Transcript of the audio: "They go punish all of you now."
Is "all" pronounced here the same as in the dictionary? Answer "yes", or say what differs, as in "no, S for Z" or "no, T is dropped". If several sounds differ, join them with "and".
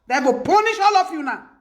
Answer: yes